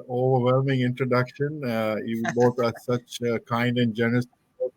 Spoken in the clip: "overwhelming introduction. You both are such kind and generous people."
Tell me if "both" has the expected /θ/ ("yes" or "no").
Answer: no